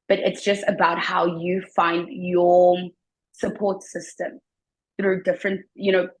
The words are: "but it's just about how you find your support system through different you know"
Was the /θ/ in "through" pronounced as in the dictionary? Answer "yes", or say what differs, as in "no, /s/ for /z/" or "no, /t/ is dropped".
yes